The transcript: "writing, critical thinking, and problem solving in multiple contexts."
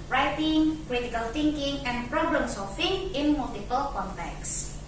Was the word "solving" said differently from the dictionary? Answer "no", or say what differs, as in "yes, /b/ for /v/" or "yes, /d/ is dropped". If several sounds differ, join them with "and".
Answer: yes, /f/ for /v/